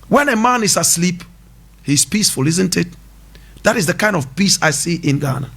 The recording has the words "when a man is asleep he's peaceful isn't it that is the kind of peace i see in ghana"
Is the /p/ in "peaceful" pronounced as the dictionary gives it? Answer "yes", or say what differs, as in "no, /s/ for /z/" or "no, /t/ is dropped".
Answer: yes